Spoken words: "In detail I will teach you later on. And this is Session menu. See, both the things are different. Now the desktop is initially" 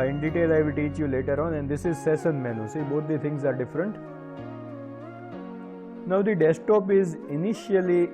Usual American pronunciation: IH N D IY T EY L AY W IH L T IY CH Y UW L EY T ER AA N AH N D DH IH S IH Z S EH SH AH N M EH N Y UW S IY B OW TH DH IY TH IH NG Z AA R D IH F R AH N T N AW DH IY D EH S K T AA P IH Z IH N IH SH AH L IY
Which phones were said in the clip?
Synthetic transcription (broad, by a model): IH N D IY T EY L AY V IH L T IY CH Y UW L EY T ER AA N AH N D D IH S IH Z S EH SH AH N M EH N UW S IY B OW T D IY T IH NG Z AA R D IH F R AH N T N AW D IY D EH S T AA P IH Z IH N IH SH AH L IY